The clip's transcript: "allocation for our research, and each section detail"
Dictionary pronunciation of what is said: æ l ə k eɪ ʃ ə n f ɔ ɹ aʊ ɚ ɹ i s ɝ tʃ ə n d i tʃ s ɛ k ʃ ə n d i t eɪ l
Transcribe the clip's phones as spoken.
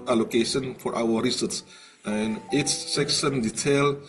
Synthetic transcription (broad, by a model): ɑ l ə k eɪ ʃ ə n f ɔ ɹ aʊ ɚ ɹ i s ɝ s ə n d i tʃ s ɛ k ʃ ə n d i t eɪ l